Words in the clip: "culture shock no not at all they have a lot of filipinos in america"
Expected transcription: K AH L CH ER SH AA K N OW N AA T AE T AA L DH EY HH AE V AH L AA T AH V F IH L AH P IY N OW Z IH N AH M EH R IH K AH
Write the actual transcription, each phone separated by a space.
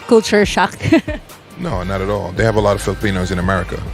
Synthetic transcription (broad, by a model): K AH L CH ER SH AA K N OW N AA T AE T AA L DH EY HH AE V AH L AA T AH V F IH L AH P IY N OW Z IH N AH M EH R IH K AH